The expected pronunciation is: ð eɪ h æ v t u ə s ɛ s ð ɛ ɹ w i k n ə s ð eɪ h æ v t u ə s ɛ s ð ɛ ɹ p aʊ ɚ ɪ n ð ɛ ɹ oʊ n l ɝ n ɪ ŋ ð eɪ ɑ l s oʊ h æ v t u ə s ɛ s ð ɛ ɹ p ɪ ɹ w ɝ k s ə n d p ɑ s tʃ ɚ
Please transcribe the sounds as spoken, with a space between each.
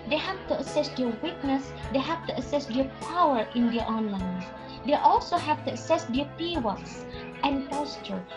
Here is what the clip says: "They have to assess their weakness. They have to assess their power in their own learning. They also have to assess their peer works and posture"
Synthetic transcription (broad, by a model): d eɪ h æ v t u ə s ɛ s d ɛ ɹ w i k n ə s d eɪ h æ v t u ə s ɛ s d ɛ p aʊ ɚ ɪ n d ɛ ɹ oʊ n l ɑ ɪ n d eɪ ɑ l s oʊ h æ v t u ə s ɛ s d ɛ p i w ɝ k s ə n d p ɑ s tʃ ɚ